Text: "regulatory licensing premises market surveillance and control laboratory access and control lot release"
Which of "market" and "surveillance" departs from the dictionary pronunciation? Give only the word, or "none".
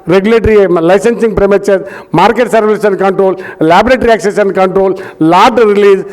surveillance